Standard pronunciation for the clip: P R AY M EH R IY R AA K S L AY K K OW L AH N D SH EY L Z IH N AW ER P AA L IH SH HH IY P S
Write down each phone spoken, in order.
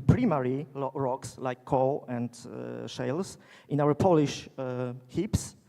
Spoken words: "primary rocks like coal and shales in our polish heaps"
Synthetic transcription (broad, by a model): P R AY M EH R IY R AA K S L AY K K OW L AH N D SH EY L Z IH N AW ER P AA L IH SH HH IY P S